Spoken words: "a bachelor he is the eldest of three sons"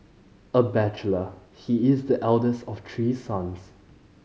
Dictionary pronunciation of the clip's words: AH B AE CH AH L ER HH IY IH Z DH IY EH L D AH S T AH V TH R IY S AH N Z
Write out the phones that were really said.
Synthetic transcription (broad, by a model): AH B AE CH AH L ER HH IY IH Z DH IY EH L D AH S T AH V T R IY S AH N S